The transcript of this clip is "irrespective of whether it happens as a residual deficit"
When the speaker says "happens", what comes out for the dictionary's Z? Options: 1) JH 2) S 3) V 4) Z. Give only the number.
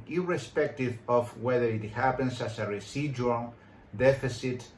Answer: 2